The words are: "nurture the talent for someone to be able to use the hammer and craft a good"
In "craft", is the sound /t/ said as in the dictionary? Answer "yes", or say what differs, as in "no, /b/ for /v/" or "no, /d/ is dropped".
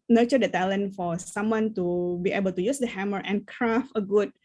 no, /t/ is dropped